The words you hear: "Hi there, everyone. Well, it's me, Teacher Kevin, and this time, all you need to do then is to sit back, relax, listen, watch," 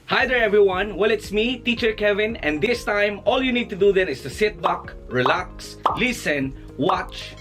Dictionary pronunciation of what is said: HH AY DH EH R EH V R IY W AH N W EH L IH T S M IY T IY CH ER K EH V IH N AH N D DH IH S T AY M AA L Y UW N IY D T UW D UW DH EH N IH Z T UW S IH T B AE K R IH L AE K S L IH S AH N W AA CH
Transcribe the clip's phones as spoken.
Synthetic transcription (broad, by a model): HH AY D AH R EH V R IY W AH N W EH L IH T S M IY T IY CH ER K EH V IH N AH N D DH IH S T AY M AA L Y UW N IY D T UW D UW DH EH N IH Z T UW S IH T B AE K R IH L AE K S L IH S AH N W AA CH